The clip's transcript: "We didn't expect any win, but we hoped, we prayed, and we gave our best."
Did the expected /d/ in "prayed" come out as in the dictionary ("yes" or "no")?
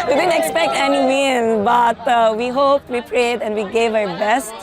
yes